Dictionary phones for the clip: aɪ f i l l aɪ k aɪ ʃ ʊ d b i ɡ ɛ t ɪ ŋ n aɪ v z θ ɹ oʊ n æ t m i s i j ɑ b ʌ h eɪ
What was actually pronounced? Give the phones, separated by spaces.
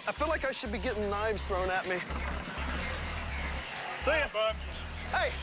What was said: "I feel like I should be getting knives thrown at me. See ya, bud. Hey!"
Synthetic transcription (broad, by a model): aɪ f i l l aɪ k aɪ ʃ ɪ d b i ɡ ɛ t ɪ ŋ n aɪ v z θ ɹ oʊ n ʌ t m i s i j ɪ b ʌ h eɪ